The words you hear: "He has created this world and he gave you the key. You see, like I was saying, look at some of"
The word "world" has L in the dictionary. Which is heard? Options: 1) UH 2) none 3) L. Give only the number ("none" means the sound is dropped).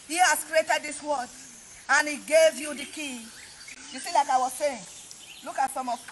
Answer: 2